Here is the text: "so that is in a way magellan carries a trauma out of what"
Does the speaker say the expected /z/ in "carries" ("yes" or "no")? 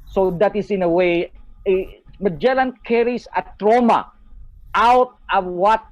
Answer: no